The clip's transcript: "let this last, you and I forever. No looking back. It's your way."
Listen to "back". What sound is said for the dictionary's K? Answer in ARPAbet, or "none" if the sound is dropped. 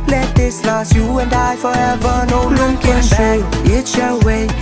none